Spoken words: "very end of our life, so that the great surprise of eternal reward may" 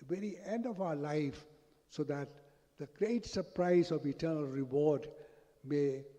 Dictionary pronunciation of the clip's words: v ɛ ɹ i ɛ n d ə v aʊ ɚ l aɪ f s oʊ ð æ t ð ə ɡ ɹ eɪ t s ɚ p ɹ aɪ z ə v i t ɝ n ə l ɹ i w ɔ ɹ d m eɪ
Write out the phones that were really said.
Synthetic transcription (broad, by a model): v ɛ ɹ i ɛ n d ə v aʊ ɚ l aɪ f s oʊ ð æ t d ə ɡ ɹ eɪ t s ɚ p ɹ aɪ z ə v i t ɝ n ə l ɹ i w ɔ ɹ d m eɪ